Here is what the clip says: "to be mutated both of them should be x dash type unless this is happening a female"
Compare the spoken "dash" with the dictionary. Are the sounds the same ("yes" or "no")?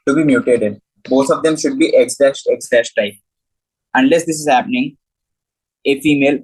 no